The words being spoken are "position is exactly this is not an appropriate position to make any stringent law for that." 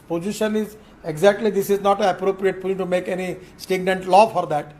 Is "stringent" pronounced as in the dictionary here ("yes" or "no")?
no